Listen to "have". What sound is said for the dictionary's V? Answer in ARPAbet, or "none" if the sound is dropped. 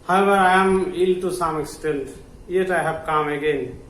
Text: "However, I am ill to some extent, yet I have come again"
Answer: B